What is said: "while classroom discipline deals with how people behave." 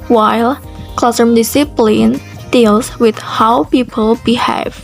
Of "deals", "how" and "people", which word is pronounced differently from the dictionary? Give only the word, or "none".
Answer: deals